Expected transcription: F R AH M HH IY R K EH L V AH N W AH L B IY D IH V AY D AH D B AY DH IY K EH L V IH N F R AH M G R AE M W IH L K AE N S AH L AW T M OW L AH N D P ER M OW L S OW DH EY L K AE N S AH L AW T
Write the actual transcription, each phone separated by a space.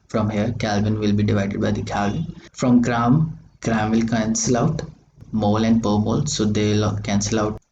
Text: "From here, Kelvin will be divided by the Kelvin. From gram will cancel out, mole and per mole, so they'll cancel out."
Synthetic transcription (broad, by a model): F R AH M HH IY R K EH L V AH N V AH L B IY D IH V AY D AH D B AY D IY K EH L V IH N F R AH M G R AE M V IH L K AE N S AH L AW T M OW L AH N D P ER M OW L S OW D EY L K AE N S AH L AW T